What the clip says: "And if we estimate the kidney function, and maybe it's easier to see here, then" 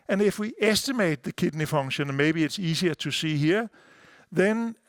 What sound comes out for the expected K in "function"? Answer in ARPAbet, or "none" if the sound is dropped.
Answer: none